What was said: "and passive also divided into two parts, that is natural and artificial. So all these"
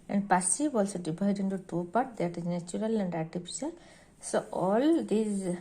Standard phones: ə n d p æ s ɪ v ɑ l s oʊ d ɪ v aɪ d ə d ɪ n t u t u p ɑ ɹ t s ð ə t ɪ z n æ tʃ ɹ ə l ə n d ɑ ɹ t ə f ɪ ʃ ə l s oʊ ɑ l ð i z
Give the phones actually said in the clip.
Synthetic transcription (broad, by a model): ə n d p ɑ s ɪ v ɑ l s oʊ d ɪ b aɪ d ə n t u t u p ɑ ɹ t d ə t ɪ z n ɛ tʃ ɹ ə l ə n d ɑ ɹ t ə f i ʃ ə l s oʊ ɑ l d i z